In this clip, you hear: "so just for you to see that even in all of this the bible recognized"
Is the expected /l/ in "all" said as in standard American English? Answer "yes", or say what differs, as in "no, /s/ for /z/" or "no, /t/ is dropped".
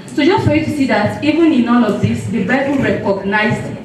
no, /n/ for /l/